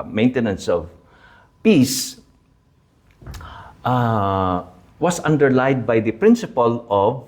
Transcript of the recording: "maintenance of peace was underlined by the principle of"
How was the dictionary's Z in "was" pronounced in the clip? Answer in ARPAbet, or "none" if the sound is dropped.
S